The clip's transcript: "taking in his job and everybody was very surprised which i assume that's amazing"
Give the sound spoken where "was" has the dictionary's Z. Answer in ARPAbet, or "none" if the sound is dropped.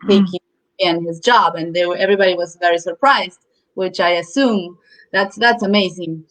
Z